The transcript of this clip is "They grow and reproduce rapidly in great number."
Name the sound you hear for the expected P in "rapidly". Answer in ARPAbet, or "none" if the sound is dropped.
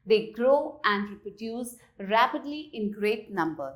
P